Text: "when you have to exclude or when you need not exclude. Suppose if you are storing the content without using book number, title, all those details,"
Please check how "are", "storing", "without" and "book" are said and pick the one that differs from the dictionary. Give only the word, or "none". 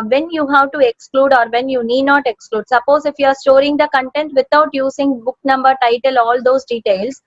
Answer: without